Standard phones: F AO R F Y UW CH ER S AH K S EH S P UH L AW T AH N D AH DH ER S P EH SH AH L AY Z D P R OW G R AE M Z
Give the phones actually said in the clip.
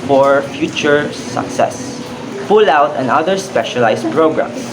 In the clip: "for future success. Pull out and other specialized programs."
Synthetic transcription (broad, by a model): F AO R F Y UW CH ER S AH K S EH S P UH L AW T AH N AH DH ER S P EH SH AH L AY S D P R OW G R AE M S